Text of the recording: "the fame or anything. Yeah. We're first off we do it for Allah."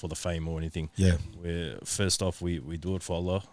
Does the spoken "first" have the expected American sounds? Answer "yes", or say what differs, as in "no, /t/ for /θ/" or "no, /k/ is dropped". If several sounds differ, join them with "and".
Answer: yes